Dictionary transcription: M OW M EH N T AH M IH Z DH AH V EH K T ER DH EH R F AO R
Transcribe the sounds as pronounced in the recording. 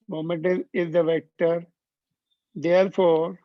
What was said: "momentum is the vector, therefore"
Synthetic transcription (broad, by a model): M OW M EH N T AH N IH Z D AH V EH K T ER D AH R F AO R